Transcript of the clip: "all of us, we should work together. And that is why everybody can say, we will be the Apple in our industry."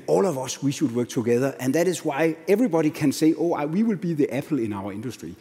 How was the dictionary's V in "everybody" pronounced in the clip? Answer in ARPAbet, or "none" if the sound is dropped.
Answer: V